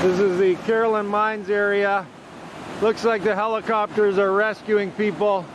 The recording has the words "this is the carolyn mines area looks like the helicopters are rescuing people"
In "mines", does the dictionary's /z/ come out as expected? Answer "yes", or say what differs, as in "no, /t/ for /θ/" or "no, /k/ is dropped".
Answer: yes